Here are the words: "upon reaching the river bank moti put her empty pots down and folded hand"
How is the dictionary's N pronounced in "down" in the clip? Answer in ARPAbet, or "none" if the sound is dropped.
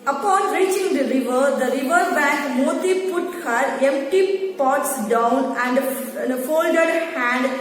N